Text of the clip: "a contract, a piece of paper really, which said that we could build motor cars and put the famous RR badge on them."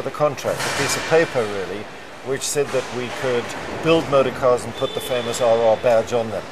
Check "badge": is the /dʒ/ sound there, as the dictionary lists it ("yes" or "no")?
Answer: yes